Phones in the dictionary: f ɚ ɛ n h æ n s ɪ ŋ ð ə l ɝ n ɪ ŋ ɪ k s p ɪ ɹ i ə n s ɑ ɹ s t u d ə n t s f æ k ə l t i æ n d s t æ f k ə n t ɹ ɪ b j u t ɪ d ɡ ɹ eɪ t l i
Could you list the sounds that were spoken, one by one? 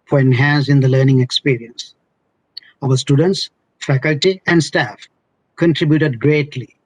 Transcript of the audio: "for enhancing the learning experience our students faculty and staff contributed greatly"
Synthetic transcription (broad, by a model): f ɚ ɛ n h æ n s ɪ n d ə l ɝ n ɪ ŋ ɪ k s p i ɹ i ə n s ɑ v s t u d ə n t s f æ k ə l t i æ n d s t æ f k ə n t ɹ ɪ b j u t ɪ d ɡ ɹ eɪ t l i